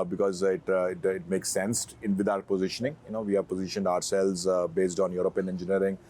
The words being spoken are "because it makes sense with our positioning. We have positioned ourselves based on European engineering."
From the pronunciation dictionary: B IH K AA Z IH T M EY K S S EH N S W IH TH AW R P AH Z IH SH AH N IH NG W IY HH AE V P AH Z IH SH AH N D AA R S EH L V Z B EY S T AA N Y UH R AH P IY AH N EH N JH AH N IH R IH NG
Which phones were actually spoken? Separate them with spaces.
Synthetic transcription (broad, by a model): B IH K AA Z IH T M EY K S S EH N S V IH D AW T P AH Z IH SH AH N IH NG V IY HH AE V P AH Z IH SH AH N D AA R S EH L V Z B EY S T AA N Y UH R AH P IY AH N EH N JH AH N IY R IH NG